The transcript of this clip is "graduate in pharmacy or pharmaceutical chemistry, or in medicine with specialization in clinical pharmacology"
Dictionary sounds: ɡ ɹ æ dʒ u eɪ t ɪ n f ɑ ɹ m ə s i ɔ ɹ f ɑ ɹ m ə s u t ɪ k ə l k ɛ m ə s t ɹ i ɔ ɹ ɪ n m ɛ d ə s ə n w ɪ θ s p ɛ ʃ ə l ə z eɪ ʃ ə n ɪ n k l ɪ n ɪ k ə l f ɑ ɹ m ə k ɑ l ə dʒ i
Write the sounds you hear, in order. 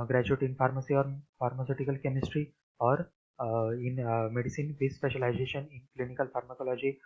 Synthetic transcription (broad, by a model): ɡ ɹ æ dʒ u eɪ t ɪ n f ɑ ɹ m ə s i ɔ ɹ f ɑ ɹ m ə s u t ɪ k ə l k ɛ m ə s t ɹ i ɔ ɹ ɪ n m ɛ d ə s ə n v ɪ s p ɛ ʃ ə l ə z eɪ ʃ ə n ɪ n k l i n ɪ k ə l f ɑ ɹ m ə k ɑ l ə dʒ i